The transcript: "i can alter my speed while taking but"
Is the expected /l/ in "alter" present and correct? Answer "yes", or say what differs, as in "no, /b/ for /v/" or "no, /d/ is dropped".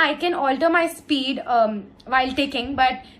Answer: yes